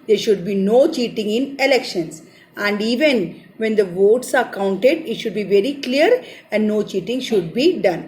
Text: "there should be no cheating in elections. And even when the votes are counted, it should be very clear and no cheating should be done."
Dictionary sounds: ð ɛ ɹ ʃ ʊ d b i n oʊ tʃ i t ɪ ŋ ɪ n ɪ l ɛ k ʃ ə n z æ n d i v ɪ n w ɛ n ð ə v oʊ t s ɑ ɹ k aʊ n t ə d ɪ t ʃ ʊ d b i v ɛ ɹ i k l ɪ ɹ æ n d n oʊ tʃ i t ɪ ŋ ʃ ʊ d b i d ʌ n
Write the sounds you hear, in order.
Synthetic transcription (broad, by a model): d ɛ ɹ ʃ ʊ d b i n oʊ tʃ i t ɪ ŋ ɪ n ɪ l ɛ k ʃ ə n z æ n d i v ɪ n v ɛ n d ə v oʊ t s ɑ ɹ k aʊ n t ə d ɪ t ʃ ʊ d b i v ɛ ɹ i k l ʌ ɹ æ n d n oʊ tʃ i t ɪ ŋ ʃ ʊ d b i d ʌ n